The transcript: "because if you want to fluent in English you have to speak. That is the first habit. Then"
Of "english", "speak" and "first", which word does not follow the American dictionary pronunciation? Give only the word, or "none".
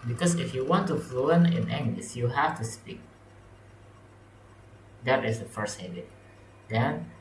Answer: english